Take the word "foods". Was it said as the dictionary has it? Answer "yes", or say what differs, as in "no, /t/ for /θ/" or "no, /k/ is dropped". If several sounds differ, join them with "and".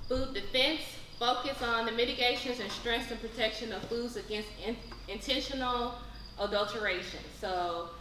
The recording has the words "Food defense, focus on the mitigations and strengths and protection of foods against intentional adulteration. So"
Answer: yes